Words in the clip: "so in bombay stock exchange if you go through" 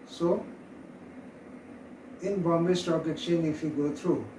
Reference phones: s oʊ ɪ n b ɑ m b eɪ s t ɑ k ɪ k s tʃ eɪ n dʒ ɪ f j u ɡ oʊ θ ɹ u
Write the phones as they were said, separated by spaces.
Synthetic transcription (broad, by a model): s oʊ ɪ n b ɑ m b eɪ s t ɑ k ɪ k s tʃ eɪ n ɪ f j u ɡ oʊ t ɹ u